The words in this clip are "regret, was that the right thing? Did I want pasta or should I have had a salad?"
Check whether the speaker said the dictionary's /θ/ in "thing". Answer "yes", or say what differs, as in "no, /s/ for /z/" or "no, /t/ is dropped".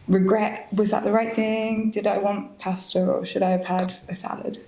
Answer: yes